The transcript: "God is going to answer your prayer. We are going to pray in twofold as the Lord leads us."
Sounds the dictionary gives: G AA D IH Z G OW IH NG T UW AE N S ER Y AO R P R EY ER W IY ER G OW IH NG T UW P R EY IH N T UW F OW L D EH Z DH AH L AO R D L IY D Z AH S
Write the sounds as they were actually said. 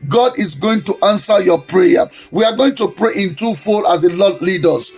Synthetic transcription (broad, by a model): G AA D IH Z G OW IH NG T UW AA N S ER Y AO P R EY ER W IY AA G OW IH NG T UW P R EY IH N T UW F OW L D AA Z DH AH L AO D L IY D AH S